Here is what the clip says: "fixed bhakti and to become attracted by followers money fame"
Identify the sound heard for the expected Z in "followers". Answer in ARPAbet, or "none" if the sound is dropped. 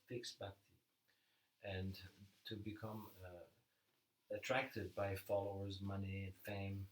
Z